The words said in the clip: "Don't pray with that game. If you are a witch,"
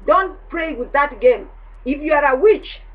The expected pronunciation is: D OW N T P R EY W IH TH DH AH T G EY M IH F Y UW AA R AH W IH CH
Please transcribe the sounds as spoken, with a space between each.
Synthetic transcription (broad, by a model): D OW N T P R EY W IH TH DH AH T G EY M IH F Y UW AA R AH W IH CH